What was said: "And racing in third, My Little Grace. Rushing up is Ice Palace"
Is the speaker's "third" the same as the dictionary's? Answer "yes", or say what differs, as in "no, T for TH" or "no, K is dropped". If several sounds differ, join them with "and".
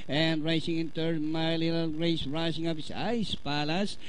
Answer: no, T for TH